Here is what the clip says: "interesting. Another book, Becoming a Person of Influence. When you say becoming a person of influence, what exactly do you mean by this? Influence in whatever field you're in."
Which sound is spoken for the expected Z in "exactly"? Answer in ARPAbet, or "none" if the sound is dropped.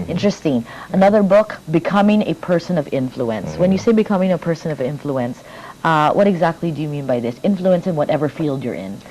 Z